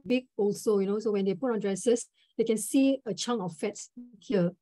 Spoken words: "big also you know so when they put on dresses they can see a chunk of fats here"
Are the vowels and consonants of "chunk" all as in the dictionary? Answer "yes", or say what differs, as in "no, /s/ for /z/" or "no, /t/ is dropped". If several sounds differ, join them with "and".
no, /k/ is dropped